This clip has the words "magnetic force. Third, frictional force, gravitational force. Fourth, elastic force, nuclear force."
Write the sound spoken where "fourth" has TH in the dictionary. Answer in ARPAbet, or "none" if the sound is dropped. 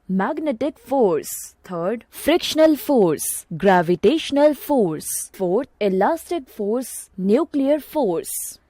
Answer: T